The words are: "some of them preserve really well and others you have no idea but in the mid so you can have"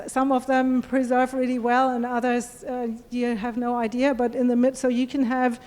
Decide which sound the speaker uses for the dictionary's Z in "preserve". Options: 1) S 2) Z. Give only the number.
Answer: 2